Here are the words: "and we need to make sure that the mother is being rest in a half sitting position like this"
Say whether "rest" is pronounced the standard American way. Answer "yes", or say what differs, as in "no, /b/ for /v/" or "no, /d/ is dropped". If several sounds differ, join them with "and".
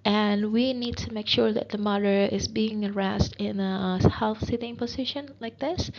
yes